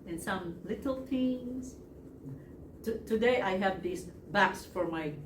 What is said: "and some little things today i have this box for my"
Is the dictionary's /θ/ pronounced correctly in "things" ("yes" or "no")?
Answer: no